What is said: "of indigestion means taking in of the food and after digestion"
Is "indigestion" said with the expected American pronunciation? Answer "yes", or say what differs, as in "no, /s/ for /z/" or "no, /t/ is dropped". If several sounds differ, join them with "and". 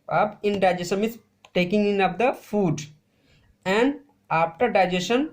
no, /tʃ/ is dropped